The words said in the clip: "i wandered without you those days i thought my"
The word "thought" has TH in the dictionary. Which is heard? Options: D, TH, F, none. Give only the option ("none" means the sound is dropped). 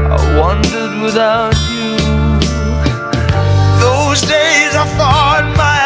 F